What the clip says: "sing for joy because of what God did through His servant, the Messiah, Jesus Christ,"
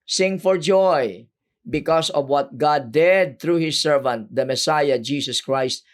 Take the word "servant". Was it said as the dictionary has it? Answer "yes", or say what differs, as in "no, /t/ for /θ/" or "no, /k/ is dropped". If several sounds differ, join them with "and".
yes